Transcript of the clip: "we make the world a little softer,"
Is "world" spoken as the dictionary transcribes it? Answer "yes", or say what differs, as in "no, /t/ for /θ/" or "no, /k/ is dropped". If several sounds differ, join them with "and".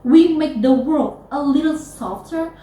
yes